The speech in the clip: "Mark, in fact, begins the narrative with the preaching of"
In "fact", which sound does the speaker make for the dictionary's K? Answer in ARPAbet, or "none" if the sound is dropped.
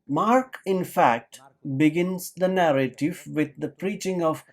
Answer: K